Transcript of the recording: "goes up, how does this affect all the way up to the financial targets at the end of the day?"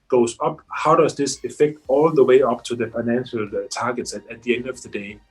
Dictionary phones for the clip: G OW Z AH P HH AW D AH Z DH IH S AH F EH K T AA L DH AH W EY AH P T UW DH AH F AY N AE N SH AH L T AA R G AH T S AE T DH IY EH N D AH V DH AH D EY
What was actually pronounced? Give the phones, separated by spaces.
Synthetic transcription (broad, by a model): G OW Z AH P HH AW D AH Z DH IH S AH F EH K T AA L DH AH W EY AH P T UW DH AH F AY N AE N SH AH L T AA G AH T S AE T DH IY EH N D AH V DH AH D EY